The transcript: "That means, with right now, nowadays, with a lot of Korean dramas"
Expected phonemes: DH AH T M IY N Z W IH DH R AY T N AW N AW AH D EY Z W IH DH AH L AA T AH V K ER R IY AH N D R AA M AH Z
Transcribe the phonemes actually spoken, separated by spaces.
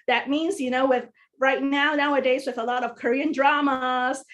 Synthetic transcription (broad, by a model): DH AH T M IY N Z W IH DH R AY T N AW N AW AH D EY Z W IH DH AH L AA T AH V K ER R IY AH N D R AA M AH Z